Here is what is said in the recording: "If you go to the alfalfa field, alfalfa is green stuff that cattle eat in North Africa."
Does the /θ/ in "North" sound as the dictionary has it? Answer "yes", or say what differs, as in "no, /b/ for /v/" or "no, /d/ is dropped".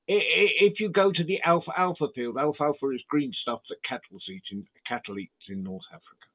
yes